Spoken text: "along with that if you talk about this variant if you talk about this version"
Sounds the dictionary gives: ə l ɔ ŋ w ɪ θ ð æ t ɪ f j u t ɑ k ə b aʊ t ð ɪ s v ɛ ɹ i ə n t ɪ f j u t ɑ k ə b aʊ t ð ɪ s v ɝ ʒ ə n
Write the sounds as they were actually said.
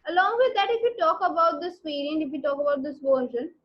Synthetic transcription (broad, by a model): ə l ɔ ŋ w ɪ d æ t ɪ f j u t ɑ k ə b aʊ t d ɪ s p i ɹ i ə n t ɪ f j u t ɑ k ə b aʊ t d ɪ s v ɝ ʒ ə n